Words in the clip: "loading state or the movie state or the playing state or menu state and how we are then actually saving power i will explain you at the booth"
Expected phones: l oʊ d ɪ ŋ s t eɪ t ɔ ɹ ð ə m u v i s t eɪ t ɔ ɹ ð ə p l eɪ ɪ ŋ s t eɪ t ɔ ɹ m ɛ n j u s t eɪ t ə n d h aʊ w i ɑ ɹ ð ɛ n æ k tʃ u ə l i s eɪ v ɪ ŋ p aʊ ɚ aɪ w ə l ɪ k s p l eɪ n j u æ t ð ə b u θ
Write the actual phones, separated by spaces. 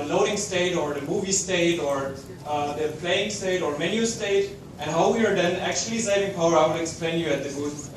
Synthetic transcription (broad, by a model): l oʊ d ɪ ŋ s t eɪ t ɔ ɹ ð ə m u v i s t eɪ t ɔ ɹ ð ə p l eɪ ɪ ŋ s t eɪ t ɔ ɹ m ɛ n j u s t eɪ t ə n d h aʊ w i ɑ ɹ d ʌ n æ k tʃ u ə l i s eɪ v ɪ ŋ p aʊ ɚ aɪ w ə n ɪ k s p l eɪ n j u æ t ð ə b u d